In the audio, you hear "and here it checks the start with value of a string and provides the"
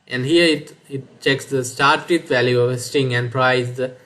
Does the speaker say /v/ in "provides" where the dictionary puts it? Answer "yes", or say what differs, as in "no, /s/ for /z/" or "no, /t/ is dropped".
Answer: no, /v/ is dropped